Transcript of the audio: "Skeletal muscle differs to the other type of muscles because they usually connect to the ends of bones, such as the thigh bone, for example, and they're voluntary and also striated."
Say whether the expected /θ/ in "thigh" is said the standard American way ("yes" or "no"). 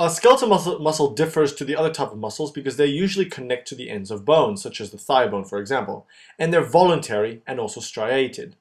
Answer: yes